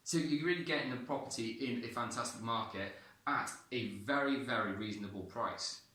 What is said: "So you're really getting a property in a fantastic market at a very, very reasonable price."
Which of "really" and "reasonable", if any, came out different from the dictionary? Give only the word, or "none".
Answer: none